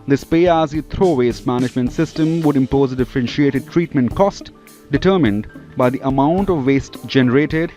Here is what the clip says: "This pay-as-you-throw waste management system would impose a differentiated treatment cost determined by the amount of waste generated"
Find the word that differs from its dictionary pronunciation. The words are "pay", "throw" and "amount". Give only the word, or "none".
throw